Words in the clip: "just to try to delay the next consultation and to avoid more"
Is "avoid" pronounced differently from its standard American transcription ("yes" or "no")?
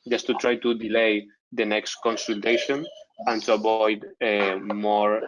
yes